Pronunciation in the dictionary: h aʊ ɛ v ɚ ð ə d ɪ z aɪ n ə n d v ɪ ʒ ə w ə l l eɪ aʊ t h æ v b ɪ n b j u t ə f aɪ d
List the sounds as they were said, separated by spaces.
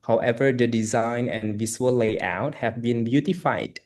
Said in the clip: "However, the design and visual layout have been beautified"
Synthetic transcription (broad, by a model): h aʊ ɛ v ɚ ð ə d ɪ z aɪ n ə n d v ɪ s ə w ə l l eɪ aʊ t h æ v b ɪ n b j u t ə f aɪ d